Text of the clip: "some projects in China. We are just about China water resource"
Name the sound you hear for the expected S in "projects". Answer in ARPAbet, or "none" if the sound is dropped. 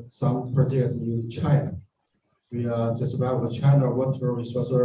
none